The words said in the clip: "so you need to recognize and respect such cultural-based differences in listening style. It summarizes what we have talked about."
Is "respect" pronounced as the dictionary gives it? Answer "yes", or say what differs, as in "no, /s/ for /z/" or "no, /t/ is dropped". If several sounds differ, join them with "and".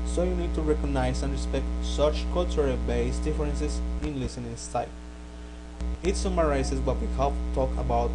yes